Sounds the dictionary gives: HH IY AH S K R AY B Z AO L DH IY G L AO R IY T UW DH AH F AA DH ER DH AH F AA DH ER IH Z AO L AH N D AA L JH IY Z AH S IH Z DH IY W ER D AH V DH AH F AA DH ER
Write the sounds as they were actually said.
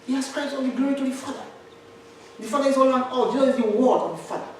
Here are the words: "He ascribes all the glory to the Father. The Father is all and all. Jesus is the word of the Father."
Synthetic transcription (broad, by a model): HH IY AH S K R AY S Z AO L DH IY G L AO R IY T UW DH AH F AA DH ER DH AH F AA DH ER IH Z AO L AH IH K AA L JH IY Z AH IH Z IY W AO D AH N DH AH F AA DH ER